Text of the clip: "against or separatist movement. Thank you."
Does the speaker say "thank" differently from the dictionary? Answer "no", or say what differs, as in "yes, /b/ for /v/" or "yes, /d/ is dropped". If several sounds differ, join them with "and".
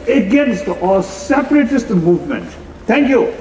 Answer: yes, /t/ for /θ/